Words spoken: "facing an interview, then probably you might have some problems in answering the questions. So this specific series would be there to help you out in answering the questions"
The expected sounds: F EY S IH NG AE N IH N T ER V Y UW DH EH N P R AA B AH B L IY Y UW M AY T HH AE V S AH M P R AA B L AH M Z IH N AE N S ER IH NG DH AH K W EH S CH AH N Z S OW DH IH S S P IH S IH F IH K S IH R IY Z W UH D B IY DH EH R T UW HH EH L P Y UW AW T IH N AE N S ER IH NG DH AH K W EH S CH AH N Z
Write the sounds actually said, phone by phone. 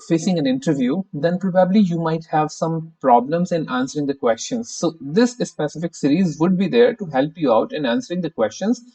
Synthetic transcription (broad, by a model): F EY S IH NG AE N IH N T ER V Y UW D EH N P R AA B AH B L IY Y UW M AY T HH AE V S AH M P R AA B L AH M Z IH N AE N S ER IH NG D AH K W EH S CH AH N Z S OW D IH S S P IH S IH F IH K S IH R IY Z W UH D B IY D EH R T UW HH EH L P Y UW AW T IH N AE N S ER IH NG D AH K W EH S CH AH N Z